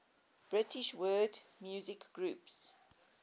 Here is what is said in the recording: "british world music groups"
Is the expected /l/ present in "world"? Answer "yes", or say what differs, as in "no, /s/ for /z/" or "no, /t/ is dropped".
no, /l/ is dropped